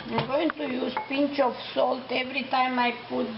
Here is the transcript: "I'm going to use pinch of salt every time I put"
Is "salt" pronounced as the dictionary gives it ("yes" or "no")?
yes